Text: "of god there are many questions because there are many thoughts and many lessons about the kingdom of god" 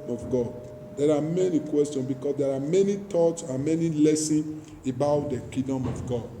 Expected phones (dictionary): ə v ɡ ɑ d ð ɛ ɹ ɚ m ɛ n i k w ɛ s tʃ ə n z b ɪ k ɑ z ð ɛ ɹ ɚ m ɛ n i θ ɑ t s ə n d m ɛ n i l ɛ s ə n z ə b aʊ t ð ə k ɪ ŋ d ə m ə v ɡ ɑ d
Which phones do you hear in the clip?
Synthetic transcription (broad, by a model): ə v ɡ ɑ d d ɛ ɹ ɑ m ɛ n i k w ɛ s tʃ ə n s b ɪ k ɑ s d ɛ ɹ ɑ m ɛ n i t ɑ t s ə n m ɛ n i l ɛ s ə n s ə b aʊ t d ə k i d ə m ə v ɡ ɑ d